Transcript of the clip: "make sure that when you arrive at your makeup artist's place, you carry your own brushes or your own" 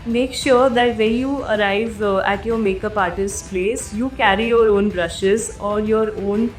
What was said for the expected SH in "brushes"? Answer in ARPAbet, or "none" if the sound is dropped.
SH